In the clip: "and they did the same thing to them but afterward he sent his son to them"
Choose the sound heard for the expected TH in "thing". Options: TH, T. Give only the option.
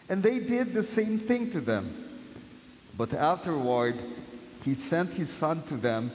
TH